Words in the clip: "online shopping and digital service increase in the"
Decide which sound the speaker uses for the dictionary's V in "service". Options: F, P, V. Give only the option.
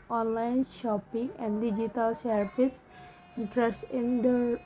P